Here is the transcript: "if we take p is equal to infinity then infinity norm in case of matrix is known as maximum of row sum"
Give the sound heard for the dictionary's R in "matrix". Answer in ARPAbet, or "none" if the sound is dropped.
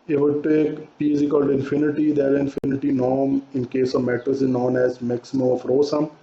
none